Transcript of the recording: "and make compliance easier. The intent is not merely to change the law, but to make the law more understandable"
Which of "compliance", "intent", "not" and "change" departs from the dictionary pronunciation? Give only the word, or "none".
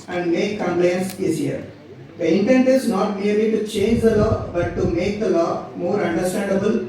none